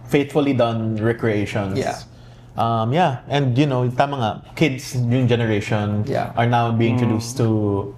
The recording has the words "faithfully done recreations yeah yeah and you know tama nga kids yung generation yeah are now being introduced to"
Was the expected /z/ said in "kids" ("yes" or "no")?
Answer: no